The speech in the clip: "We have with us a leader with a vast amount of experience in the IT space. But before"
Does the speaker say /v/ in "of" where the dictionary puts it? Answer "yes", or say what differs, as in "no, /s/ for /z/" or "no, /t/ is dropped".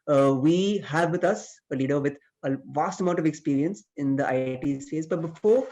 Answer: yes